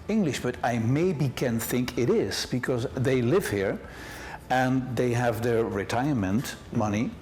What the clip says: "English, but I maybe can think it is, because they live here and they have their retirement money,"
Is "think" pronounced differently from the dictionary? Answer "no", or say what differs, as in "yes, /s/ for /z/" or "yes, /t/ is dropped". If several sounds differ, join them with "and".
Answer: no